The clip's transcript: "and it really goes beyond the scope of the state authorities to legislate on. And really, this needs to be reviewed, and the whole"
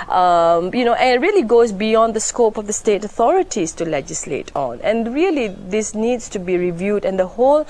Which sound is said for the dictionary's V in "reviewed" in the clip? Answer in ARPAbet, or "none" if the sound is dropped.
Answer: V